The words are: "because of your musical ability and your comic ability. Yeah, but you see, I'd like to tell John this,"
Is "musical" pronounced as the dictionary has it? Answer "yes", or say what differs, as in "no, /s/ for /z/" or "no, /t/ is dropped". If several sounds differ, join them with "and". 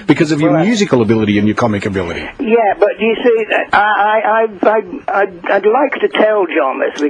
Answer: yes